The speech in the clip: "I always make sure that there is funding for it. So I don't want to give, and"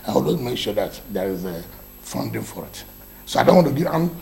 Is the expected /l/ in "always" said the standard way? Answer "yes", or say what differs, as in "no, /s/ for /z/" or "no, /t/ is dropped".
no, /l/ is dropped